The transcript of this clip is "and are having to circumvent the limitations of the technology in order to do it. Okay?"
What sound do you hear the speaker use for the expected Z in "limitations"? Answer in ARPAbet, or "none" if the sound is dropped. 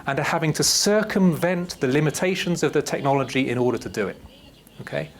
Z